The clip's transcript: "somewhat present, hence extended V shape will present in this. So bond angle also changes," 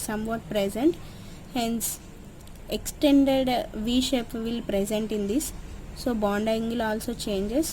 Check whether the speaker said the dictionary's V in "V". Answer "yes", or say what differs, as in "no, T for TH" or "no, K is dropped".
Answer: yes